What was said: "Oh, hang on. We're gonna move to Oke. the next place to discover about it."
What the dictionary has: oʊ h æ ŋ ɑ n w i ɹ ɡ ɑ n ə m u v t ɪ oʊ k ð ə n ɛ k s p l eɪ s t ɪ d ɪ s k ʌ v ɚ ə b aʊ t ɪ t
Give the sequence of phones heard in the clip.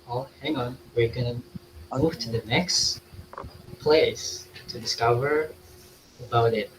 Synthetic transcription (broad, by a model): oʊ h æ ŋ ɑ n w i ɹ ɡ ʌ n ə m u v t ɪ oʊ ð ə n ɛ k s p l eɪ s t ɪ d ɪ s k ʌ v ɚ ə b aʊ t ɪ t